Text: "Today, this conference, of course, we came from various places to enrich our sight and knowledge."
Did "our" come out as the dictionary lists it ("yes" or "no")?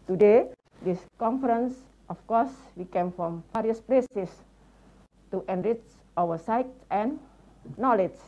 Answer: no